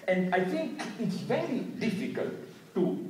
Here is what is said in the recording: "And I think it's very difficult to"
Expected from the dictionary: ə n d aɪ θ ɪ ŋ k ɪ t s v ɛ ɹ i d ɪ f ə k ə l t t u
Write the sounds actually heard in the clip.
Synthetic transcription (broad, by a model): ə n d aɪ t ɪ ŋ k ɪ t s v ɛ ɹ i d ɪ f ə k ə l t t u